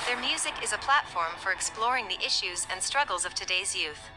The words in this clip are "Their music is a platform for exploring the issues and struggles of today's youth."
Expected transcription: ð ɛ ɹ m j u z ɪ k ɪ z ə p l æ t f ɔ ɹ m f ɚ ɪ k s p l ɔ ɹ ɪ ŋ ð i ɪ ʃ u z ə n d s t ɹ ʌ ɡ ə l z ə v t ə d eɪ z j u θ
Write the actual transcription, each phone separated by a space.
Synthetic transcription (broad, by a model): ð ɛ ɹ m j u z ɪ k ɪ z ə p l æ t f ɔ ɹ m f ɚ ɪ k s p l ɔ ɹ ɪ ŋ ð i ɪ ʃ u z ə n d s t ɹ ʌ ɡ l z ə v t ə d eɪ z j u θ